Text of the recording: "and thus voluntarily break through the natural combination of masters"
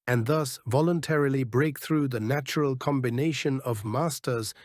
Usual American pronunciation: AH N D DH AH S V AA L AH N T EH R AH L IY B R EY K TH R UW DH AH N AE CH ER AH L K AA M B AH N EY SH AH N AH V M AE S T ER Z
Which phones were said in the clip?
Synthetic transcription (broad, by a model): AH N DH AH S V AA L AH N T EH R AH L IY B R EY K TH R UW DH AH N AE CH ER AH L K AA M B AH N EY SH AH N AH V M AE S T ER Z